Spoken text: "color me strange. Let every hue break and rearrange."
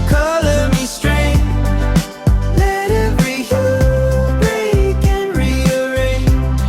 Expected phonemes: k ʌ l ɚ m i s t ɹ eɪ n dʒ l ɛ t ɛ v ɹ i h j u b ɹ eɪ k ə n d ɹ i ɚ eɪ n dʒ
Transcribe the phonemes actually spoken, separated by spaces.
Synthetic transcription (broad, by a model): k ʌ l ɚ m i s t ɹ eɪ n l ɛ t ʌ ɹ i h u b ɹ eɪ k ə n ɹ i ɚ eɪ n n